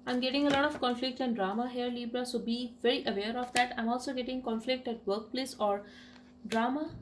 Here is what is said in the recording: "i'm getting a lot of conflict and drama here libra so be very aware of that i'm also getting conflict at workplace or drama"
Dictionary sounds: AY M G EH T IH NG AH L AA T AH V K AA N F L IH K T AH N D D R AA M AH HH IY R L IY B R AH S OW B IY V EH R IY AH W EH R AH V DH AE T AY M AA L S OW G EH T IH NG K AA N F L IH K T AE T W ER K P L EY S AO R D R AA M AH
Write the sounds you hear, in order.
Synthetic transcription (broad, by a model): AY M G EH T IH NG AH L AA T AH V K AA N F L IH K T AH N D D R AA M AH HH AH R L IY B R AH S OW B IY V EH R IY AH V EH R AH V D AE T AY M AA L S OW G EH T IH NG K AA N F L IH K T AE T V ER K P L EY S AO R D R AA M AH